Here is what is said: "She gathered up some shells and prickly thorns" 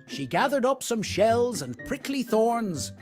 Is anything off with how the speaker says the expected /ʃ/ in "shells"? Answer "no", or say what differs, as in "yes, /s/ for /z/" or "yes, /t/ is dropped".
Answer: no